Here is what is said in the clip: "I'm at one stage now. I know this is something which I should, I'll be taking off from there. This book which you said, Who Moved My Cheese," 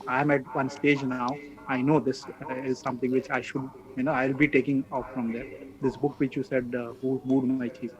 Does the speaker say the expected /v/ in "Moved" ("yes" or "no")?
no